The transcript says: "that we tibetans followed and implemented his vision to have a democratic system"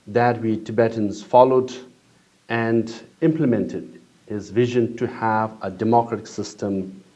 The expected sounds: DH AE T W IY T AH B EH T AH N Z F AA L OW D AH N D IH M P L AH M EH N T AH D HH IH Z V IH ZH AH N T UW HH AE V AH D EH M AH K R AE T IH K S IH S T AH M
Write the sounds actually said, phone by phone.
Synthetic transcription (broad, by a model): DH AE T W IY T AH B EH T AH N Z F AA L OW D AH N D IH M P L AH M EH N T AH D HH IH Z V IH ZH AH N T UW HH AE V AH D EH M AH K R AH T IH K S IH S T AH M